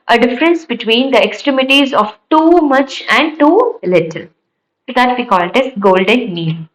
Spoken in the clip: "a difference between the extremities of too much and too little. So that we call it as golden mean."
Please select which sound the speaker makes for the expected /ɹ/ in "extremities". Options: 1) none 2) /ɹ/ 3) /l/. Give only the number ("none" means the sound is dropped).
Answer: 2